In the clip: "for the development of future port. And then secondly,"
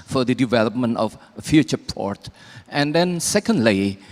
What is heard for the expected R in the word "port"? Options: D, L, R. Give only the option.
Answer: R